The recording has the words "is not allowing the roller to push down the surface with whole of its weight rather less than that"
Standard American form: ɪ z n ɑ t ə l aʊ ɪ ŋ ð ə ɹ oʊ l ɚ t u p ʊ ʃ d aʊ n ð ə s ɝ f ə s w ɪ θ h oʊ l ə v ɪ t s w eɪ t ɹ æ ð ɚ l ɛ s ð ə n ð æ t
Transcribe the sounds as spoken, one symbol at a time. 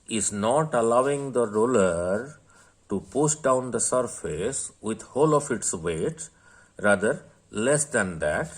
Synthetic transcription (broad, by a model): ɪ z n ɑ t ə l aʊ ɪ ŋ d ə ɹ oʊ l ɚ t u p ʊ s d aʊ n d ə s ɝ f ə s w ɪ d h oʊ l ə f ɪ t s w eɪ t ɹ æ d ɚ l ɛ s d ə n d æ t